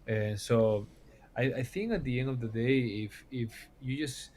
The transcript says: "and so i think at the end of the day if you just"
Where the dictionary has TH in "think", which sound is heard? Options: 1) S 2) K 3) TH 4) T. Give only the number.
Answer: 3